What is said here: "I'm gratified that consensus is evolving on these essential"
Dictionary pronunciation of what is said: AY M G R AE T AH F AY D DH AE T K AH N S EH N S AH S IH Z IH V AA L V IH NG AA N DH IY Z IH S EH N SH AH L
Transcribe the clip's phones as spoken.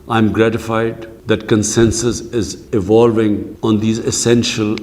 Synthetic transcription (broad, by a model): AY M G R AE T AH F AY D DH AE T K AH N S EH N S AH S IH Z IH V AA L V IH NG AA N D IY Z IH S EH N SH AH L